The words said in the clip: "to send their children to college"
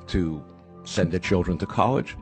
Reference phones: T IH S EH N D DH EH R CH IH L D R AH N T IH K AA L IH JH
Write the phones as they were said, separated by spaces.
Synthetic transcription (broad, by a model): T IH S EH N DH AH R CH IH L D R AH N T IH K AA L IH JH